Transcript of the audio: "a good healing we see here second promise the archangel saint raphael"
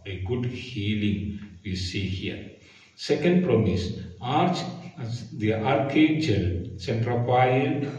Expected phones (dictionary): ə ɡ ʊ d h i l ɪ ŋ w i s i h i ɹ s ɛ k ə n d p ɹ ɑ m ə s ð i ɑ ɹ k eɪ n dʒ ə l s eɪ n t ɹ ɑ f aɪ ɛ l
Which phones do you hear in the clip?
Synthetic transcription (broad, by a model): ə ɡ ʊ d h i l ɪ ŋ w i s i h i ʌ s ɛ k ə n d p ɹ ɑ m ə s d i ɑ ɹ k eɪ dʒ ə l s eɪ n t ɹ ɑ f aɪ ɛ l